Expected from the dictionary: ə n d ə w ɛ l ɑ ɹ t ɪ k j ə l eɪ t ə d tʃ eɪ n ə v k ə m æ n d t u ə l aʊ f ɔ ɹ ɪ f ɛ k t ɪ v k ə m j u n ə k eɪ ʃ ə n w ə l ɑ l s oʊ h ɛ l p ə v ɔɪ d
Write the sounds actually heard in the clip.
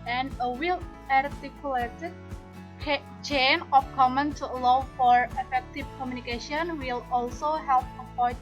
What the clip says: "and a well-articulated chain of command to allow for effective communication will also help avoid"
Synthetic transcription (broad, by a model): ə n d ə w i l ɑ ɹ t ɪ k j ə l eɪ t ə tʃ tʃ eɪ n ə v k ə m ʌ n t u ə l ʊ f ɔ ɹ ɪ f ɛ k t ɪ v k ə m j u n ə k eɪ ʃ ə n w ə l ɑ l s oʊ h ɛ l p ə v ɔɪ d